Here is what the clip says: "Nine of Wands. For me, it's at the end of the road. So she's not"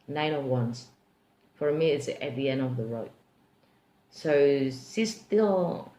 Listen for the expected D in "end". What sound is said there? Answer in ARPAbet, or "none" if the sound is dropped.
none